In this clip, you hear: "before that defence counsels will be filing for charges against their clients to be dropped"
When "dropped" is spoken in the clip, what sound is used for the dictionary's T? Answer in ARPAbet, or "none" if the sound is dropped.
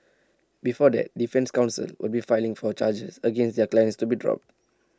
T